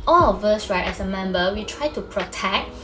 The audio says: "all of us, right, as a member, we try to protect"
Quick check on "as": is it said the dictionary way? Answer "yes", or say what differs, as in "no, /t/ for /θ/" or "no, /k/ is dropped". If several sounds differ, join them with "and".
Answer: no, /s/ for /z/